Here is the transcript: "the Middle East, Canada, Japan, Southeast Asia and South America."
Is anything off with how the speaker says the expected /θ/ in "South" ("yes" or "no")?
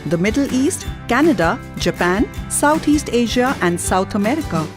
yes